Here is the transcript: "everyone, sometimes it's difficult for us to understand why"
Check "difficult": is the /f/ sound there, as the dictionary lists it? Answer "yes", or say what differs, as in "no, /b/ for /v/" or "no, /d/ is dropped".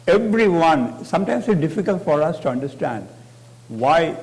yes